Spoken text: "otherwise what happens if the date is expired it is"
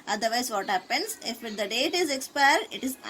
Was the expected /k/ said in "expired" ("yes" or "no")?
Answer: yes